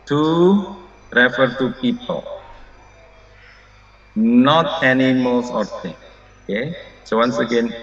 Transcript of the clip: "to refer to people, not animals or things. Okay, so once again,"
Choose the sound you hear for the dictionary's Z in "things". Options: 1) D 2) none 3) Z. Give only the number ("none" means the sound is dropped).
2